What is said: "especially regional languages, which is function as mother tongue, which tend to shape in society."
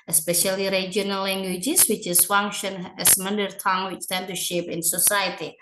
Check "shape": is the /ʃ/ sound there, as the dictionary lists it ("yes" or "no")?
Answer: yes